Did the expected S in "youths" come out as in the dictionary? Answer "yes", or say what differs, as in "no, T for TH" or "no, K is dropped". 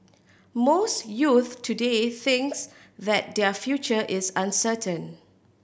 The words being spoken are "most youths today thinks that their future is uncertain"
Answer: no, S is dropped